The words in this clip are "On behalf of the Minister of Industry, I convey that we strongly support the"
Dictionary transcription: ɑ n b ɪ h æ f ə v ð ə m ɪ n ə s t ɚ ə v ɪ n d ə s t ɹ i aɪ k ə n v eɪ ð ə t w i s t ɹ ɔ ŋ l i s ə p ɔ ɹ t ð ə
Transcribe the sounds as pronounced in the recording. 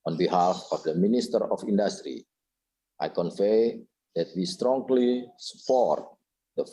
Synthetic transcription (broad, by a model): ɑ n b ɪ h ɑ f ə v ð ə m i n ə s t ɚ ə f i n d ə s t ɹ i aɪ k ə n f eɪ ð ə t w i s t ɹ ɔ ŋ l i s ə p ɔ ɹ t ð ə